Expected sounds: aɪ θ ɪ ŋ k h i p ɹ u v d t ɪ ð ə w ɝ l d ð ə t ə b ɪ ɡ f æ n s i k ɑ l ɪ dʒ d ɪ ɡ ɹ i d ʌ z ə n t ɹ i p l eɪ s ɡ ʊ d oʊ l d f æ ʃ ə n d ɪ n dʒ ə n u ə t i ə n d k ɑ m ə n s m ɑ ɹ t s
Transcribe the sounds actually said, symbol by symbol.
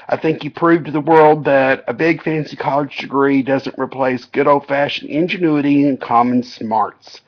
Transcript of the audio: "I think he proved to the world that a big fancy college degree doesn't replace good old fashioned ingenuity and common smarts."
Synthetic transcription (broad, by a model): aɪ θ ɪ ŋ k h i p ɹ u v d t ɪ ð ə w ɝ l d ð ə t ə b ɪ ɡ f æ n s i k ɑ l ɪ dʒ d ɪ ɡ ɹ i d ʌ z ə n t ɹ i p l eɪ s ɡ ʊ d oʊ f æ ʃ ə n ɪ n dʒ ə n u ə t i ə n k ɑ m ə n s m ɑ ɹ t s